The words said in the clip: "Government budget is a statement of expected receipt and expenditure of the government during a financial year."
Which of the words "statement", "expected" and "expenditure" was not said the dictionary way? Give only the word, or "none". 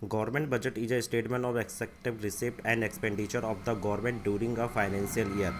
expected